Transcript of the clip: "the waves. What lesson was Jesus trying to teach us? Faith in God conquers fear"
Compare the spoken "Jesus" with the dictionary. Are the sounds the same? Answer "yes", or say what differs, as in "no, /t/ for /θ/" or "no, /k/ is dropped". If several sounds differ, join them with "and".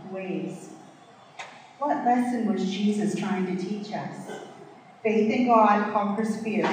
yes